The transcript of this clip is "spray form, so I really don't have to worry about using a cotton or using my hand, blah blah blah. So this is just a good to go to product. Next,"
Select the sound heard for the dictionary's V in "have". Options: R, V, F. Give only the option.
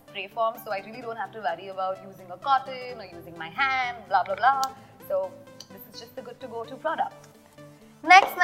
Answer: F